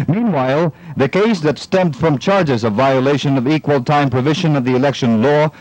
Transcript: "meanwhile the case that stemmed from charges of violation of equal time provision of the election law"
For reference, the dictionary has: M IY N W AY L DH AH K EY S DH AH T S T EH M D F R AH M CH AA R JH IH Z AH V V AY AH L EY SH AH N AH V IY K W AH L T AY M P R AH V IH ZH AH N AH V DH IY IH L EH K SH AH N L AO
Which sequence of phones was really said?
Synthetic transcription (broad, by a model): M IY N W AY L DH AH K EY S DH AH T S T EH M D F R AH M CH AA R JH IH Z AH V V AY AH L EY SH AH N AH V IY K W AH L T AY M P R AH V IH ZH AH N AH V DH IY IH L EH K SH AH N L AO